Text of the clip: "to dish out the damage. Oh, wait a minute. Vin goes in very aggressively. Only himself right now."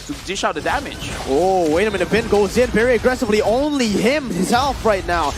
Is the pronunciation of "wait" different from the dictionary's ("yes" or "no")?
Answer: yes